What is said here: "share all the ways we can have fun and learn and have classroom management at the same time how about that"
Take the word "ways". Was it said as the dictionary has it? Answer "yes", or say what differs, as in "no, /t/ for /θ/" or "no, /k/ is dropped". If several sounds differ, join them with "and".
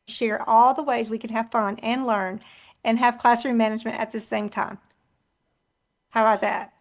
yes